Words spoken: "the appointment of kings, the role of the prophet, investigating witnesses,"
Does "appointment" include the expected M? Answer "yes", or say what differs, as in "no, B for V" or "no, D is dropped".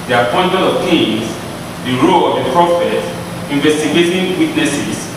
no, M is dropped